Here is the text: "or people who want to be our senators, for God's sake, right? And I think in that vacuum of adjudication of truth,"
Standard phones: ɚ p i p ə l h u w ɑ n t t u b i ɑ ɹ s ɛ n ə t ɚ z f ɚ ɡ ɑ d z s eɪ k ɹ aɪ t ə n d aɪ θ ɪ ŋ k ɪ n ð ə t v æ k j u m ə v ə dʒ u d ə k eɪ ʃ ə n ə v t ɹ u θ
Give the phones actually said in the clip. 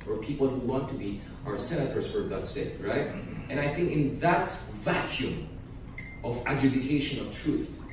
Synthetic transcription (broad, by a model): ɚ p i p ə l h u w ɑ n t t u b i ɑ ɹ s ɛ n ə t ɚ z f ɚ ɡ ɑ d s eɪ k ɹ aɪ t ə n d aɪ θ ɪ ŋ k ɪ n ð ə t v æ k j u m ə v ə dʒ u d ə k eɪ ʃ ə n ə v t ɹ u θ